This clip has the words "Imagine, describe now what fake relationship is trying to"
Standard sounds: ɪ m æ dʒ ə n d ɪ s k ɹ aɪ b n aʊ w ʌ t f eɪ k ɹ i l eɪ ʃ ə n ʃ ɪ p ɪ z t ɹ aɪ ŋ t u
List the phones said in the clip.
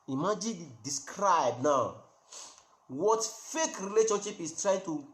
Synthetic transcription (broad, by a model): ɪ m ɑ dʒ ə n d ɪ s k ɹ aɪ b n aʊ w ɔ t f eɪ k ɹ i l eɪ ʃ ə n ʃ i p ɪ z t ɹ aɪ ŋ t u